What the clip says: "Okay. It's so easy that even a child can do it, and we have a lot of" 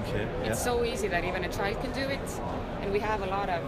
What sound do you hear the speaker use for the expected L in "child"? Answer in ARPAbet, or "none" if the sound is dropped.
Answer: L